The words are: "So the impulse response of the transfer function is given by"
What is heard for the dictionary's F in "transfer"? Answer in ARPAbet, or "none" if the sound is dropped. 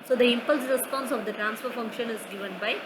F